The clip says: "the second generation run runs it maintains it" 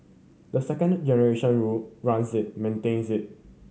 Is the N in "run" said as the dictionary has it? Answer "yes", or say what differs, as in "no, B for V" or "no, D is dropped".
no, L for N